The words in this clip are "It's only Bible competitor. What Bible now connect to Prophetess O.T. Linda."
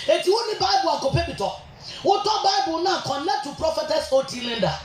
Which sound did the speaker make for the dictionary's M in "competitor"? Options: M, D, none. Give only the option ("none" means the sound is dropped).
none